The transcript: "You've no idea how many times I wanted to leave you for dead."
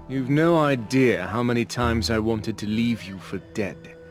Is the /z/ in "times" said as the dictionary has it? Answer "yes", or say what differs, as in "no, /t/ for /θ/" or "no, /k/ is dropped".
yes